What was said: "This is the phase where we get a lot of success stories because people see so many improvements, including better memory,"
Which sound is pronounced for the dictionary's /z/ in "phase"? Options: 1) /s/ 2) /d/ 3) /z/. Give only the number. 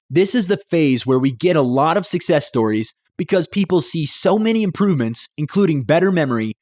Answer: 3